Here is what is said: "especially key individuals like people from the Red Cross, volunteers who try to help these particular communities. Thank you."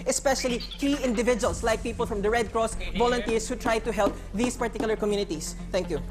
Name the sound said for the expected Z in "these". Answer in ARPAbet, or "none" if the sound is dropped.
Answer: S